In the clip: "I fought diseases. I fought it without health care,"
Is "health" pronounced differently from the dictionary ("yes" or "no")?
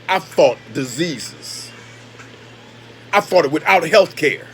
no